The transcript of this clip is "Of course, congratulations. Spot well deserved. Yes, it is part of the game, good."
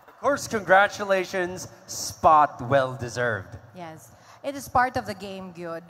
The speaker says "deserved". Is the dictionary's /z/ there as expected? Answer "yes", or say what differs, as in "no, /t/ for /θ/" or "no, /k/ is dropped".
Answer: yes